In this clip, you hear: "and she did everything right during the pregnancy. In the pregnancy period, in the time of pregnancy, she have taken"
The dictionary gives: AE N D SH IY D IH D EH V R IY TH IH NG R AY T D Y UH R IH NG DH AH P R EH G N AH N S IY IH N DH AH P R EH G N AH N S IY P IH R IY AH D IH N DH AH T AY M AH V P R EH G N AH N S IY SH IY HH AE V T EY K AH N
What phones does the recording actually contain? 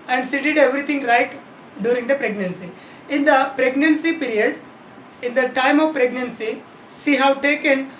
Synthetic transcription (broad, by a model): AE N D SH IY D IH D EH V R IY T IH NG R AY T D Y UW R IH NG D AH P R EH G N AH N S IY IH N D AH P R EH G N AH N S IY P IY R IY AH D IH N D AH T AY M AH V P R EH G N AH N S IY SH IY HH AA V T EY K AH N